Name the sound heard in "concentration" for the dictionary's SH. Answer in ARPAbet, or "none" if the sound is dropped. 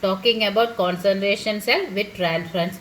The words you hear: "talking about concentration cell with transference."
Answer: SH